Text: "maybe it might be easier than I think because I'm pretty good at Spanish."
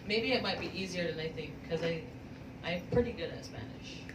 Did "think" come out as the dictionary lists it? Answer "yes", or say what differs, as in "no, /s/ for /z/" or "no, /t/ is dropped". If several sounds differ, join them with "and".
yes